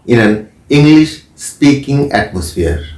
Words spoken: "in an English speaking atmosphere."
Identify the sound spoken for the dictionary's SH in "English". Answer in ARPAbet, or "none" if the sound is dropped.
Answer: SH